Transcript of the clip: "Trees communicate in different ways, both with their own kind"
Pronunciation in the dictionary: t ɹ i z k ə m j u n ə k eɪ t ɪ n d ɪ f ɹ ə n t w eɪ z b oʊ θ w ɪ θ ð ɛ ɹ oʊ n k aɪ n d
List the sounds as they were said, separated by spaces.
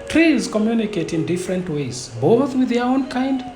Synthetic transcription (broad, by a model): t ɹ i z k ə m j u n ə k eɪ t ɪ n d ɪ f ɹ ə n t w eɪ z b oʊ θ w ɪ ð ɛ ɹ oʊ n k aɪ n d